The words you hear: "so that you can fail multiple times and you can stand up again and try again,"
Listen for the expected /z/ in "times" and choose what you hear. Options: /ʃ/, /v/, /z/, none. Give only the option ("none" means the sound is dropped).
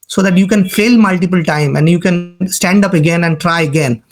none